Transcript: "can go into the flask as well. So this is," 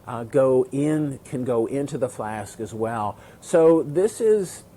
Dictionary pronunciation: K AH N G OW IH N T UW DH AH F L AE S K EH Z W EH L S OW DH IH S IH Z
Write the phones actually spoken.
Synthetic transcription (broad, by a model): K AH N G OW IH N T UW DH AH F L AE S K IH Z W EH L S OW DH IH S IH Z